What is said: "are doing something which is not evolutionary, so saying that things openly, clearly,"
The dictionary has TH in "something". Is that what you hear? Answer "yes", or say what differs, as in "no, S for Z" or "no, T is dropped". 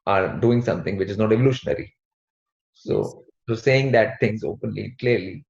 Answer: no, T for TH